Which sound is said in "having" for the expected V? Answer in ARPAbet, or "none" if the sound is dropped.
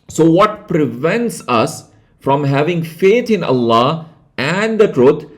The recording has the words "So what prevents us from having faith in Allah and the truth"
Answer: V